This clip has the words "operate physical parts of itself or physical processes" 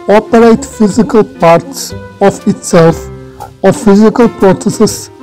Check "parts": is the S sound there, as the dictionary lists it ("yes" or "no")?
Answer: yes